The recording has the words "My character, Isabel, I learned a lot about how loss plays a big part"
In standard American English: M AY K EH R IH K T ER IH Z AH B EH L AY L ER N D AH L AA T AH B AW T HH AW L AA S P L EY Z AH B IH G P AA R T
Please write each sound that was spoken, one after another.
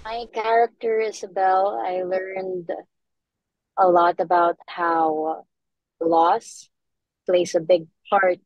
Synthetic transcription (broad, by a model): M AY K EH R IH K T ER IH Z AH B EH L AY L ER N D AH L AA T AH B AW T HH AW L AA S P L EY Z AH B IH G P AA R T